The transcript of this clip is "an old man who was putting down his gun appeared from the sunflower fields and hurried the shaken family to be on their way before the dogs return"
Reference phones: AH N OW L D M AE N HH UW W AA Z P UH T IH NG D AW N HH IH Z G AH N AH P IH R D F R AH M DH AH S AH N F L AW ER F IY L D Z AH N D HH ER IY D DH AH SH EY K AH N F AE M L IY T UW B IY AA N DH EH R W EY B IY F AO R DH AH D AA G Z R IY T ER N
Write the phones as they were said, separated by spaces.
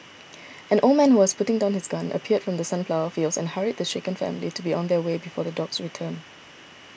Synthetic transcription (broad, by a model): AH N OW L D M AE N HH UW W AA S P UH T IH NG D AW N HH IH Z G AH N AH P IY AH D F R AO M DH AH S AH N P L AW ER F IY L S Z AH N HH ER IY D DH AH SH EY K AH N F AE M L IY T UW B IY AA N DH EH W EY B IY F AO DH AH D AA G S R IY T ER N